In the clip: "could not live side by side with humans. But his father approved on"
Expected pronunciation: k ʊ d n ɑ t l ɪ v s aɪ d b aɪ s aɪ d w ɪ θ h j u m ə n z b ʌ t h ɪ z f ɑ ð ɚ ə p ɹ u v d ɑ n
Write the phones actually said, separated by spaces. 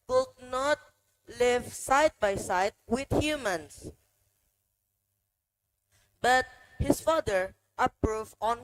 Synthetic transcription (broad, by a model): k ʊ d n ɑ t l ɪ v s aɪ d b aɪ s aɪ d w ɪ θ h j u m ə n s b ʌ t h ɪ s f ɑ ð ɚ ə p ɹ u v ɑ n